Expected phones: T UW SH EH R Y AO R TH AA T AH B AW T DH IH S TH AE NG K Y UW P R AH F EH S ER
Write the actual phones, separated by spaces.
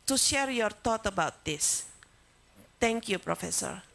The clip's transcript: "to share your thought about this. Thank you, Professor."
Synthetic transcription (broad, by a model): T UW SH EH R Y AO R T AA T AH B AW T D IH S T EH NG K Y UW P R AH F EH S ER